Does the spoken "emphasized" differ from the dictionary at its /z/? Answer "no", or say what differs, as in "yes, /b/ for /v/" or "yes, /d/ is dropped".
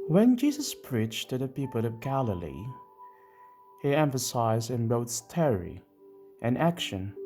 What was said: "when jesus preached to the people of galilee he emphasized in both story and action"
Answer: no